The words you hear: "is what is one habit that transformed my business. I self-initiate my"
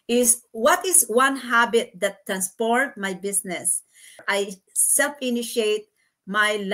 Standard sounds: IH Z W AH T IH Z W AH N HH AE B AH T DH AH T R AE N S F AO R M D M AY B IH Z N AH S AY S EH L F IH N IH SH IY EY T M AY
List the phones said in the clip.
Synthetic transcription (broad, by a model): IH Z W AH T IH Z W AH N HH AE B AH T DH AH T R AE N S P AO R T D M AY B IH S N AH S AY S EH L F IH N IH SH IY EY T M AY